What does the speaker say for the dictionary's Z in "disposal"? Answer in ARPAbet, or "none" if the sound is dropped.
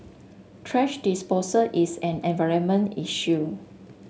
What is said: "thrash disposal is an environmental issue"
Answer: S